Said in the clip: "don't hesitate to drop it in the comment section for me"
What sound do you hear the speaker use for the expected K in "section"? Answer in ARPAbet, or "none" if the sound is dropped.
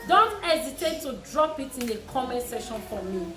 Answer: none